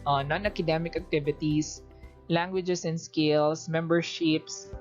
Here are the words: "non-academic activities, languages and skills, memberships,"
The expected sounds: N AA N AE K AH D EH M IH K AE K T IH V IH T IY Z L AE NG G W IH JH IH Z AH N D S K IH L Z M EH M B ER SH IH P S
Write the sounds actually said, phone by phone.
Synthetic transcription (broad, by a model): N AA N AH K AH D EH M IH K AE K T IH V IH T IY S L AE NG G W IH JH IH S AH N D S K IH L S M EH M B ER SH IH P S